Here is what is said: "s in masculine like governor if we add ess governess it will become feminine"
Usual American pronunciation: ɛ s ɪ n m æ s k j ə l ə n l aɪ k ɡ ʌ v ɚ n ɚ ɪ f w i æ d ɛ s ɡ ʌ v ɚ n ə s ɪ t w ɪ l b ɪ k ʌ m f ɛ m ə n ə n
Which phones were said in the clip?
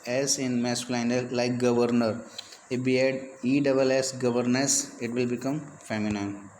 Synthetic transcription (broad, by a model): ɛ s ɪ n m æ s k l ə n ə l l aɪ k ɡ ʌ v ɚ n ɚ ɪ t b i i d ɛ s ɡ ʌ v ɚ n ə s ɪ t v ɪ l b ɪ k ʌ m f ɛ m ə n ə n